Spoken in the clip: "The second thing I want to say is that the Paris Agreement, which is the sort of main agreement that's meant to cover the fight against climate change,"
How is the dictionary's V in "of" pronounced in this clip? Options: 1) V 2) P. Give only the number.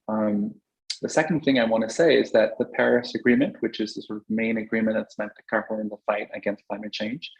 1